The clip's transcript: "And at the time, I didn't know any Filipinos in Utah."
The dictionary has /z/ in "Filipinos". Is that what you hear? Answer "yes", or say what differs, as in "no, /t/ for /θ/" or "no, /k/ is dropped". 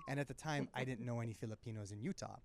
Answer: yes